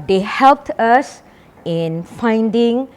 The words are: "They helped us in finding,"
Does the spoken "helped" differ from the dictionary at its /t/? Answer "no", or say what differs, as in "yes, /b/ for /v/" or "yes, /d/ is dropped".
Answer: no